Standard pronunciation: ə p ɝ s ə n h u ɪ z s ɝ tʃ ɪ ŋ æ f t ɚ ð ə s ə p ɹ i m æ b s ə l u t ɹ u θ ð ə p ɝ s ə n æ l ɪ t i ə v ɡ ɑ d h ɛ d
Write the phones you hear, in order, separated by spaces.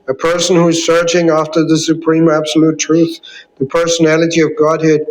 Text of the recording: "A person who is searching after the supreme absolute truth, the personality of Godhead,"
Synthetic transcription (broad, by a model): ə p ɝ s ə n h u ɪ z s ɝ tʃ ɪ ŋ æ f t ɚ ð ə s ə p ɹ i m æ b s ə l u t ɹ u θ ð ə p ɝ s ə n æ l ɪ t i ə v ɡ ɑ d h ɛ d